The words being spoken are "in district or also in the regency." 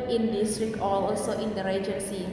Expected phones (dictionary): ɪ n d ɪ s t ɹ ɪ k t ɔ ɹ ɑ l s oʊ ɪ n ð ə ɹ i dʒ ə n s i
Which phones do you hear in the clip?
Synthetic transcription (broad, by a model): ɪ n d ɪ s t ɹ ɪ k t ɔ l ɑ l s oʊ ɪ n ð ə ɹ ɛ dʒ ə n s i